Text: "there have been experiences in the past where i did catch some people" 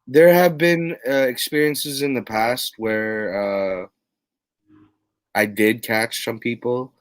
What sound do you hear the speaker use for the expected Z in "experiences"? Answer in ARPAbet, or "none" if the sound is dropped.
Z